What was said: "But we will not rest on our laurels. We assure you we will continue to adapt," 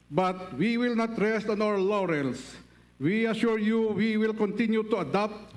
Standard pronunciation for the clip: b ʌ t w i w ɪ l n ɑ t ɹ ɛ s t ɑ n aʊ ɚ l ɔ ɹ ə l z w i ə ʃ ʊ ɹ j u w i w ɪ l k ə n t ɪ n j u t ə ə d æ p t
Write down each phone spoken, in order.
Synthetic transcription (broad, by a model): b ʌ t w i w ɪ l n ɑ t ɹ ɛ s t ɑ n aʊ ɚ l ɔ ɹ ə l s w i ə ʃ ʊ ɹ j u w i w ɪ l k ə n t ɪ n j u t ə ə d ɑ p t